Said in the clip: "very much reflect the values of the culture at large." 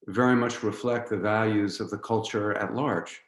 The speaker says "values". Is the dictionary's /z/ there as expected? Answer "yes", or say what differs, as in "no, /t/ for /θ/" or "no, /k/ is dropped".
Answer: yes